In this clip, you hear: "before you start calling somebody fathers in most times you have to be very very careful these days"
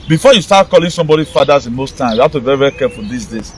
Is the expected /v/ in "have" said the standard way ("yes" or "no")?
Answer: no